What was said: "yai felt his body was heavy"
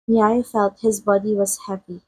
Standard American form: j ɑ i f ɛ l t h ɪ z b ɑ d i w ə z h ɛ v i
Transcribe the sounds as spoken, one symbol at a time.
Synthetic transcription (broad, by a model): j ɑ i f ɛ l t h ɪ z b ɑ d i w ə z h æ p i